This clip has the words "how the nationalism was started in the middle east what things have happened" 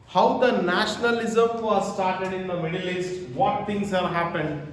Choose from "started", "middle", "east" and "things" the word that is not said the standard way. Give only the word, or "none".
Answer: things